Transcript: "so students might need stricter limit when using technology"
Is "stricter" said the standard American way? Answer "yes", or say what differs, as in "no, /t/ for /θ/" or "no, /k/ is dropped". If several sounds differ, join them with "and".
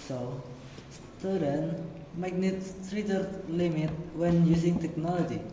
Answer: no, /k/ is dropped